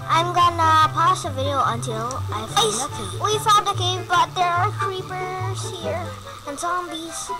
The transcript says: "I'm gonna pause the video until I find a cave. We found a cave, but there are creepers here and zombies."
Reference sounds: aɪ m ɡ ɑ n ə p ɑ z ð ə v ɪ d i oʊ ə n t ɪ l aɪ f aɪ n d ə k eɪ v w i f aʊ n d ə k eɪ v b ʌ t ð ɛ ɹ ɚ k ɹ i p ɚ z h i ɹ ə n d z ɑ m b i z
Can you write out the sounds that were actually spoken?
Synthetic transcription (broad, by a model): aɪ m ɡ ɑ n ə p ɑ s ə v ɪ d i oʊ ə n t ɪ l aɪ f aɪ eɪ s w i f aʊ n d ə k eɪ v b ʌ t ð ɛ ɹ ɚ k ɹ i p ɚ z h i ɹ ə n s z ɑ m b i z